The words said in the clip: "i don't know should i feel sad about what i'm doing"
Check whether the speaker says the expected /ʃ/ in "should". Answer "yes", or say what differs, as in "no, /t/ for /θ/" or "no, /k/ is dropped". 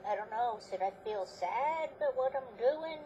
no, /s/ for /ʃ/